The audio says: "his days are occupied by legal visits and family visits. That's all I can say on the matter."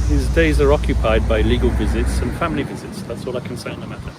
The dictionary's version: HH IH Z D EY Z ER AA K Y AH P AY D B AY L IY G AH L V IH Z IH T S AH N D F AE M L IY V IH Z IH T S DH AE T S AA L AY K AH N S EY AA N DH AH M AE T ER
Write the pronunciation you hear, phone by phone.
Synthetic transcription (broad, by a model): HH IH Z D EY Z ER AA K Y AH P AY D B AY L IY G AH L V IH Z IH T S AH N F AE M L IY V IH Z IH T S DH AE T S AA L AY K AH N S EY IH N DH AH M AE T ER